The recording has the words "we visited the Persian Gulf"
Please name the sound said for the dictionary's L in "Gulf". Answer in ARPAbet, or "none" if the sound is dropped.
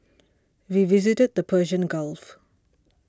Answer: L